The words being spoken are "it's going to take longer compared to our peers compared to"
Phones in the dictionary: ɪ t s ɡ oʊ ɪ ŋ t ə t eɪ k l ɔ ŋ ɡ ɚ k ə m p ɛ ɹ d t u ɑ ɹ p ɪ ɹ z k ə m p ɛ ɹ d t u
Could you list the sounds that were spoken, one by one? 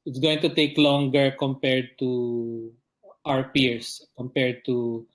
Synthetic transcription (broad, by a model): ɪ t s ɡ oʊ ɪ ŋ t ə t eɪ k l ɔ ŋ ɡ ɚ k ə m p ɛ ɹ d t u ɑ ɹ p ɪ ɹ s k ə m p ɛ ɹ d t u